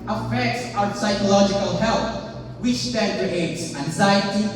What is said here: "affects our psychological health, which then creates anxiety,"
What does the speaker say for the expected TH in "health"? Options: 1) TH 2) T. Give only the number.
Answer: 2